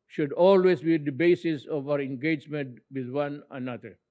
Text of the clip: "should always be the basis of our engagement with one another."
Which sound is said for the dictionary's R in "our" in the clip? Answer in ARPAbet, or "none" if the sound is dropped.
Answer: R